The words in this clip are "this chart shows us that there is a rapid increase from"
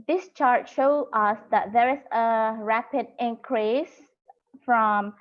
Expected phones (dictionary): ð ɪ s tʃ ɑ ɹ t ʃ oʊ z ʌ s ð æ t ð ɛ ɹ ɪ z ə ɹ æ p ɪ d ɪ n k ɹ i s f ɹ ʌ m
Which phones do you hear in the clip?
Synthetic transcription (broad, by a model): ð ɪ s tʃ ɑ ɹ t ʃ oʊ ʌ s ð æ t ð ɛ ɹ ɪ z ə ɹ æ p ɪ d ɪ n k ɹ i s f ɹ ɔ m